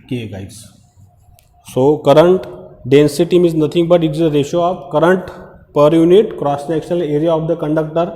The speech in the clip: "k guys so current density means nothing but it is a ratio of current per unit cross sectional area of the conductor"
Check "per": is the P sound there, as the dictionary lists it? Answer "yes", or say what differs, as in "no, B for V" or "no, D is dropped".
yes